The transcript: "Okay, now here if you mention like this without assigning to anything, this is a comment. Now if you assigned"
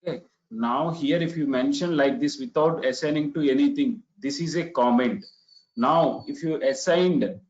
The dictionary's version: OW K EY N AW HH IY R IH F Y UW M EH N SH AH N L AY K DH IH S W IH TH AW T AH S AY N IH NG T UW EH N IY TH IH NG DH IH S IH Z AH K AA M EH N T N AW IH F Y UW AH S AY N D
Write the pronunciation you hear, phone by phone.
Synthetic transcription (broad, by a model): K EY N AW HH IY R IH F Y UW M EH N SH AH N L AY K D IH S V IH T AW T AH S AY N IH NG T UW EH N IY T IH NG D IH S IH Z AH K AA M EH N T N AW IH F Y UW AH S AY N D